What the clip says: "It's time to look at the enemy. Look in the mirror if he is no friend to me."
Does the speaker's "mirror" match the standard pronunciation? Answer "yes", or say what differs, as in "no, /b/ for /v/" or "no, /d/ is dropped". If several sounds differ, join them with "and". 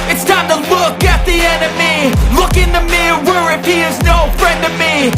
no, /w/ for /ɹ/